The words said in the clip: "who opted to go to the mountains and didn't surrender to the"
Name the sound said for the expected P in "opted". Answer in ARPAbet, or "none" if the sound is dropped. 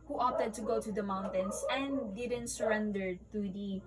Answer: none